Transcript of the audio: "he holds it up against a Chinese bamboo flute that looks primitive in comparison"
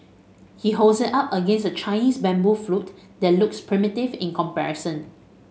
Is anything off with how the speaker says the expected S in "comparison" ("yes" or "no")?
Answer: no